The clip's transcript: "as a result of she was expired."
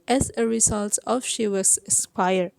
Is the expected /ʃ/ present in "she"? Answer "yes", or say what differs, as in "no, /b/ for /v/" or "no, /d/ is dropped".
yes